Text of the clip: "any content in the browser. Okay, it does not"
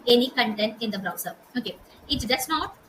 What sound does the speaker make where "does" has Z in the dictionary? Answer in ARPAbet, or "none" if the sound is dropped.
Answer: S